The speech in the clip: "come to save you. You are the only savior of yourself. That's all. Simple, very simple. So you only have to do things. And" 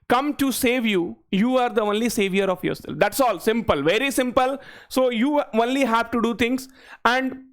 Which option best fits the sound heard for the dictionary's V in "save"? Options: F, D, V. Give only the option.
V